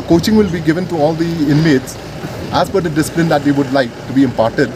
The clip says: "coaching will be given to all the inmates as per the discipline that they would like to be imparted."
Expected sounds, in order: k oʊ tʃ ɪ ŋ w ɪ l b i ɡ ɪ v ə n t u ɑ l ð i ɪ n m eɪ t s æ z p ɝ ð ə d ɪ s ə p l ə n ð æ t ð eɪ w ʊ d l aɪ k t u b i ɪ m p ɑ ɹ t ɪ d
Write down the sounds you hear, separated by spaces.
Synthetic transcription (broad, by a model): k oʊ tʃ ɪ ŋ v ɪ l b i ɡ ɪ v ə n t u ɑ l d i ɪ n m eɪ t s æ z b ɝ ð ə d ɪ s ə p l ə n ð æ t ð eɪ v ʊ d l aɪ k t u b i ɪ m p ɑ ɹ t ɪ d